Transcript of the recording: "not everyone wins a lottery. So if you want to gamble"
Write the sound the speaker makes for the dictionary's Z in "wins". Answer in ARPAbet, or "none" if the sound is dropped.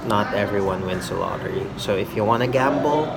S